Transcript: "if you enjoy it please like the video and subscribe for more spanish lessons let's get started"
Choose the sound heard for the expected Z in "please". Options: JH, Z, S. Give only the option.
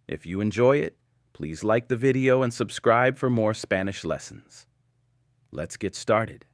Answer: Z